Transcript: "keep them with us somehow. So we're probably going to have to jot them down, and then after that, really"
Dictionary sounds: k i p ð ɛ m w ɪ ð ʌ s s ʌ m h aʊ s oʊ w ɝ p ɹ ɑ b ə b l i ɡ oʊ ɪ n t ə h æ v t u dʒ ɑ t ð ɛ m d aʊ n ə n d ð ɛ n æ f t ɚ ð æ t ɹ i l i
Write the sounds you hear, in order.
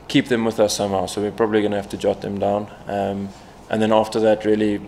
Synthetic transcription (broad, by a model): k i p ð ɛ m w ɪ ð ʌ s s ʌ m h aʊ s oʊ w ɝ p ɹ ɑ b ə b l i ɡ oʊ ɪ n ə h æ f t u dʒ ɑ t ð ɛ m d aʊ n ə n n ð ɛ n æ f t ɚ ð æ t ɹ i l i